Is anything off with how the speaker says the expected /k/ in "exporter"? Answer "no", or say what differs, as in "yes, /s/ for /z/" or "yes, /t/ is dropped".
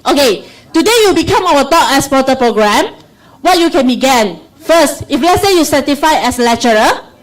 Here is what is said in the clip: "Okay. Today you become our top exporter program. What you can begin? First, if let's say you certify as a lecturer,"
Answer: yes, /k/ is dropped